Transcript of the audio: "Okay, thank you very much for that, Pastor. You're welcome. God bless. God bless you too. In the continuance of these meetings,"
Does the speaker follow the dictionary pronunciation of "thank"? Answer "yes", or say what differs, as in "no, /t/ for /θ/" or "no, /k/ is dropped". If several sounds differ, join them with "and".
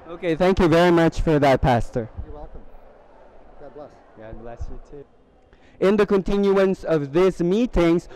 yes